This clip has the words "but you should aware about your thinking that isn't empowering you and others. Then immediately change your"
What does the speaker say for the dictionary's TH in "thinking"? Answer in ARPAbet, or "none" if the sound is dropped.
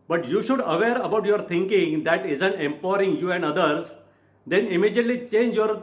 T